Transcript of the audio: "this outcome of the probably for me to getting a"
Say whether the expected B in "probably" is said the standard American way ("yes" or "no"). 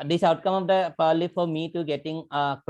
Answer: no